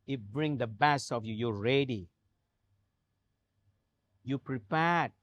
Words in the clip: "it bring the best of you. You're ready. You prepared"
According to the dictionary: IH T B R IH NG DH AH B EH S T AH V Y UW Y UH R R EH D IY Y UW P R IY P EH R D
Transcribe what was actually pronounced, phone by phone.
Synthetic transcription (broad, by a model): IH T B R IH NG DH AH B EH S AH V Y UW Y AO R R EH D IY Y UW P R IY P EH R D